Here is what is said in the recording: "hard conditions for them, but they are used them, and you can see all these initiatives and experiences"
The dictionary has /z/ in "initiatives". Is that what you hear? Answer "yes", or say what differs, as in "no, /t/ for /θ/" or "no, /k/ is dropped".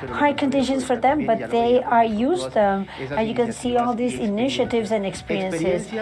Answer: yes